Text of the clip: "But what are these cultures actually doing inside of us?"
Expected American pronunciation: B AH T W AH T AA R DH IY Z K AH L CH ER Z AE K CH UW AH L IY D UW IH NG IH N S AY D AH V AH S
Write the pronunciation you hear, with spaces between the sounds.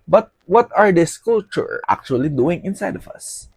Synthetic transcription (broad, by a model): B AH T W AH T AA R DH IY S K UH L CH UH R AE K CH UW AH L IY D UW IH NG IH N S AY D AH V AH S